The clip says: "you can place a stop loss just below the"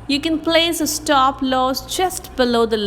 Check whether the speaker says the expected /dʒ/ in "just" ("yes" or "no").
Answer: no